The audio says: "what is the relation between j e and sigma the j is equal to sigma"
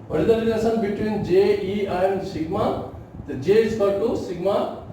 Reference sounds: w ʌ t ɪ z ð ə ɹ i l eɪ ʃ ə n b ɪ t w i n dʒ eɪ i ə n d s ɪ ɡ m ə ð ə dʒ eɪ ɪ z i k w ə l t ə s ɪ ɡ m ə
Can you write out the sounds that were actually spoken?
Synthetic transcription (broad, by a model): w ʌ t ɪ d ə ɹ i n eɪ s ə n b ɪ t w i n dʒ eɪ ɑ ə n d s ɪ ɡ m ə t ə dʒ eɪ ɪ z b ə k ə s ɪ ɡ m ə